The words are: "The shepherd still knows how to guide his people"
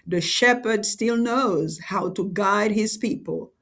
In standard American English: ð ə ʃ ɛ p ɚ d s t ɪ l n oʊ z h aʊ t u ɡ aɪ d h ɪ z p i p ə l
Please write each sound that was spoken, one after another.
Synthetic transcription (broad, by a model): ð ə ʃ ɛ p ɚ d s t ɪ l n oʊ z h aʊ t u ɡ aɪ d h ɪ z p i p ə l